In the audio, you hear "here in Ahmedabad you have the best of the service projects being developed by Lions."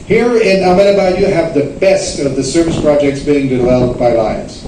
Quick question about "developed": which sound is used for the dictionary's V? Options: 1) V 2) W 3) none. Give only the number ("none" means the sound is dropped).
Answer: 2